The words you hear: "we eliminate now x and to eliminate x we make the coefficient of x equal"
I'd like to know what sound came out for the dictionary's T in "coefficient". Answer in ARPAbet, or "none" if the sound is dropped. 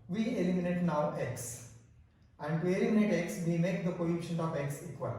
none